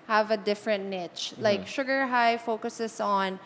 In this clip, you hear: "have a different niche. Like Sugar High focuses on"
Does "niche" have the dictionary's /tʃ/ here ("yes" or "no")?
yes